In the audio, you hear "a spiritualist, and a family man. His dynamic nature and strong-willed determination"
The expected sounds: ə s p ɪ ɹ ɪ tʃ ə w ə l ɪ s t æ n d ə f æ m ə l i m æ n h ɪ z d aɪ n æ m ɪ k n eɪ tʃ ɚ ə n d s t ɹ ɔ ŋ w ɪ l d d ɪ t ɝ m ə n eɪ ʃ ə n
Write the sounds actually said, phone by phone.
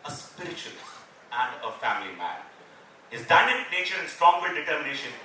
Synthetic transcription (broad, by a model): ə s p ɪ ɹ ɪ tʃ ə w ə l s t æ n d ə f æ m ə l i m æ n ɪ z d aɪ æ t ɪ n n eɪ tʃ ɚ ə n s t ɹ ɔ ŋ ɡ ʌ d d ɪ t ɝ m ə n eɪ ʃ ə n